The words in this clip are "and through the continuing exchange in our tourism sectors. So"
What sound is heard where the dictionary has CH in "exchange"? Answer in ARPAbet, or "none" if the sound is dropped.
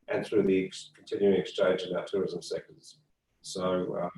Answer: CH